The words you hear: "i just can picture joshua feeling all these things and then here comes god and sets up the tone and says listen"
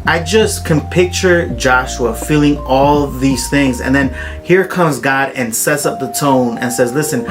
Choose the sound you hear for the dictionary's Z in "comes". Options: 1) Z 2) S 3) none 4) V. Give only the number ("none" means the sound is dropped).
1